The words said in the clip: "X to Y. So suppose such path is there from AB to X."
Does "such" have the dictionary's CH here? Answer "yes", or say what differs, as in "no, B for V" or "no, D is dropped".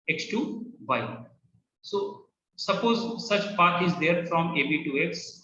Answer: yes